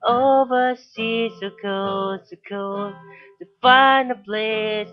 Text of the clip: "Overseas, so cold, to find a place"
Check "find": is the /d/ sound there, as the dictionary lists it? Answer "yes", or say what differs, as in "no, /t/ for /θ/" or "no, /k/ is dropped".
no, /d/ is dropped